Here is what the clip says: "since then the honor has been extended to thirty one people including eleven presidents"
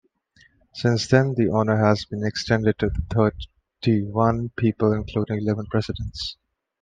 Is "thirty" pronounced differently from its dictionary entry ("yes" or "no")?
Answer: yes